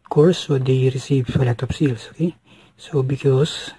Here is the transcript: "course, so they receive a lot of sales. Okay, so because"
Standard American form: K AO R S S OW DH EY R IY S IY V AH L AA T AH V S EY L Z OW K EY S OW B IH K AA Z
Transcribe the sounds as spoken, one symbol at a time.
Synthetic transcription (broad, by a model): K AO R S S OW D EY R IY S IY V AH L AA T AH P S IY L S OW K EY S OW B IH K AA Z